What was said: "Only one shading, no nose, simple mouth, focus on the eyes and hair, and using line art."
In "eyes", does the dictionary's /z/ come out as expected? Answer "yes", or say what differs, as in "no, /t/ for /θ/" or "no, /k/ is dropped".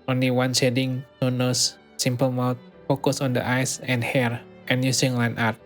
no, /s/ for /z/